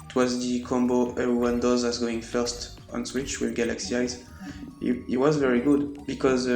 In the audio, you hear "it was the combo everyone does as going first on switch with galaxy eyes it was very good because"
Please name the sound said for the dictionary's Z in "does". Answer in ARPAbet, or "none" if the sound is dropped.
Z